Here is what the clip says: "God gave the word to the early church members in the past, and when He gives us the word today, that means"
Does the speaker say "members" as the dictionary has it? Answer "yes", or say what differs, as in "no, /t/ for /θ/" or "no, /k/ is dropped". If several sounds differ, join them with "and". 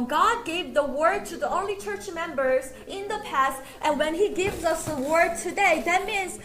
yes